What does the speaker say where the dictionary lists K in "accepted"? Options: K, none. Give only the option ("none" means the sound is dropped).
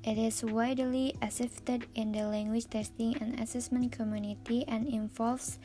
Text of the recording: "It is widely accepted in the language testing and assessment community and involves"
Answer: none